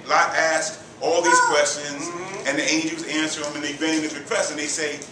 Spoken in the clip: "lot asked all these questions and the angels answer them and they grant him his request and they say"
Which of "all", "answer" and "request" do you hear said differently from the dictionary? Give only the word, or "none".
none